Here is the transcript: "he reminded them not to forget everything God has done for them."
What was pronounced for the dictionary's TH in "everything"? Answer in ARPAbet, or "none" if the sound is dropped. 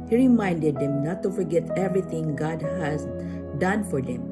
T